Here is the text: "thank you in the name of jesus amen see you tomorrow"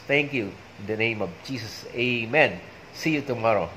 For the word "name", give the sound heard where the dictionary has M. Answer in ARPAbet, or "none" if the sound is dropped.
M